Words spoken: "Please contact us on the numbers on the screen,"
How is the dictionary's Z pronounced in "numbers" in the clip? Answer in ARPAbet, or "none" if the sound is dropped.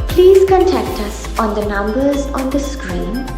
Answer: Z